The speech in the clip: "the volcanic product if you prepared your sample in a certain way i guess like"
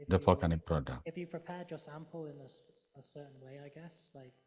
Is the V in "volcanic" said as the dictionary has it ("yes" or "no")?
no